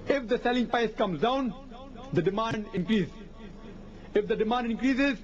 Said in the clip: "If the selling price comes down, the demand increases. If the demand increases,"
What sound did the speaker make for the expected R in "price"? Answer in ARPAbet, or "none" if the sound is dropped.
none